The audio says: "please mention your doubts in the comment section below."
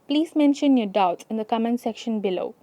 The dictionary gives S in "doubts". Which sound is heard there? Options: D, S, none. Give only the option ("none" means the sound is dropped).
none